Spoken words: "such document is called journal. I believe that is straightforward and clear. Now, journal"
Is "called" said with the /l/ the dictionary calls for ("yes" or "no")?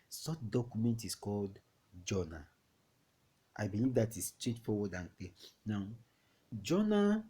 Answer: yes